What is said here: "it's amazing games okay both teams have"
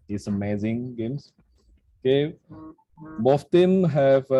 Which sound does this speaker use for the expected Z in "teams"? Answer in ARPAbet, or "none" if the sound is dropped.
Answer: none